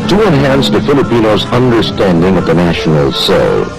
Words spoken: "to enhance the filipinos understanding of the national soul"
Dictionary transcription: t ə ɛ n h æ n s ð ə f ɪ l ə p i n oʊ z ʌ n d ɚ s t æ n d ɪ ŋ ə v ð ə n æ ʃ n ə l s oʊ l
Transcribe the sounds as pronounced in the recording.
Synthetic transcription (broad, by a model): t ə ɛ n h æ n s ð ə f ɪ l ə p i n oʊ z ʌ n d ɚ s t æ n d ɪ ŋ ə v ð ə n æ ʃ n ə l s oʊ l